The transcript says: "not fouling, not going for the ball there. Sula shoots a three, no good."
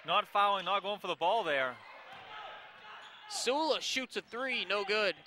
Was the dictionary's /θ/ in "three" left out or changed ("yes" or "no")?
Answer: no